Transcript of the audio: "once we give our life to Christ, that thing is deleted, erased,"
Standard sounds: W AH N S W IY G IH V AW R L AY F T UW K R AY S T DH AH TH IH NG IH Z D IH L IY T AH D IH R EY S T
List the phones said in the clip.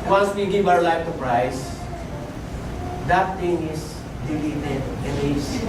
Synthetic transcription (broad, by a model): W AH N S W IY G IH V AW R L AY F T UW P R AY S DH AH T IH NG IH S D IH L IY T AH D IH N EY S